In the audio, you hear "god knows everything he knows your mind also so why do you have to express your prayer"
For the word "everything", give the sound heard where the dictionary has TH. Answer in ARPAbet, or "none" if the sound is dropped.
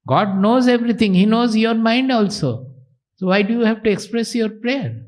T